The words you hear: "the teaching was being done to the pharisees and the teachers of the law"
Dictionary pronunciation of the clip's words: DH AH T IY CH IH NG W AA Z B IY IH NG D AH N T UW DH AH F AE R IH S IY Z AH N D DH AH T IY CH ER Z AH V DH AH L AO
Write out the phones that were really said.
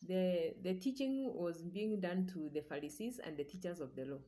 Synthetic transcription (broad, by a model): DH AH T IY CH IH NG W AA Z B IY IH NG D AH N T UW DH AH F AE R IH S IY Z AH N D DH AH T IY CH ER Z AH V DH AH L AO